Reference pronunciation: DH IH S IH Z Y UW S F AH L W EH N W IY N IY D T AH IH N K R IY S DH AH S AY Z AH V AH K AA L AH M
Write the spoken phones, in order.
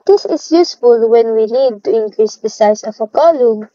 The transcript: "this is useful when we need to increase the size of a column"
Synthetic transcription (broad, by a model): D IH S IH S Y UW S F AH L W EH N W IY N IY D T AH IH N K R IY S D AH S AY S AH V AH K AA L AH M